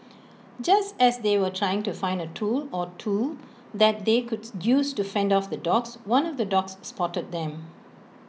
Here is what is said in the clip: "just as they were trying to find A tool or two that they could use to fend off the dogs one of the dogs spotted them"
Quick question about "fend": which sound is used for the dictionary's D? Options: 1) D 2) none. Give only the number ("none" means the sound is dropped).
1